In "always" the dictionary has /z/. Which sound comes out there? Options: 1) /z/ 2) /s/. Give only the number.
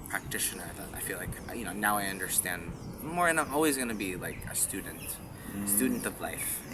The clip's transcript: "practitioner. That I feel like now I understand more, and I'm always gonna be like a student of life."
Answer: 1